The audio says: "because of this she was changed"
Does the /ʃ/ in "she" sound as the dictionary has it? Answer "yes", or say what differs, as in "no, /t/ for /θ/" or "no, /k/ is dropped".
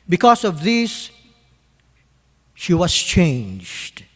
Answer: yes